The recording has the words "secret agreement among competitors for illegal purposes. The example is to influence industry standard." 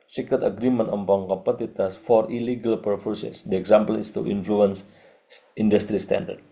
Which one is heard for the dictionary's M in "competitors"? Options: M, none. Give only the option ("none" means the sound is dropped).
none